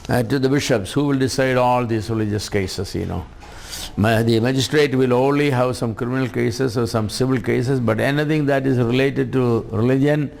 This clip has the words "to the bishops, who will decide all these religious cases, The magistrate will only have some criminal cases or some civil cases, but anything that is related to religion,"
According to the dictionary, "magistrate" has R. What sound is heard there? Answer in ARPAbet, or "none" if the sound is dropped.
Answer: R